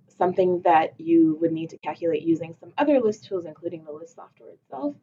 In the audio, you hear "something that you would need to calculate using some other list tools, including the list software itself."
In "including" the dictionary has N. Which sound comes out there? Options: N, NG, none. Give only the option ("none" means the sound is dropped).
N